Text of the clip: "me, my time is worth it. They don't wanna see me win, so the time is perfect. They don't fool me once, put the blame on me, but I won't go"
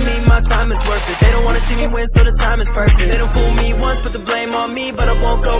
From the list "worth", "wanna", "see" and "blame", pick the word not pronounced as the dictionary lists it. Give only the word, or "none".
worth